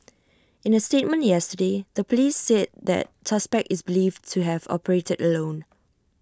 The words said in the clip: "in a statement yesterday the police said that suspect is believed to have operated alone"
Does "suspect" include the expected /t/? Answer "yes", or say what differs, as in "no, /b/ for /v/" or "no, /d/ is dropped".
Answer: no, /t/ is dropped